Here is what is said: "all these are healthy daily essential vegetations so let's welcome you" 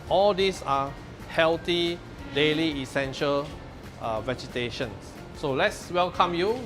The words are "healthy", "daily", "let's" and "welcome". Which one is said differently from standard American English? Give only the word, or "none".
healthy